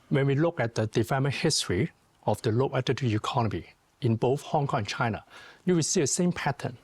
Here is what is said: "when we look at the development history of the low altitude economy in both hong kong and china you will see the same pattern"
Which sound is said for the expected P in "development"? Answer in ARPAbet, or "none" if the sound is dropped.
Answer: none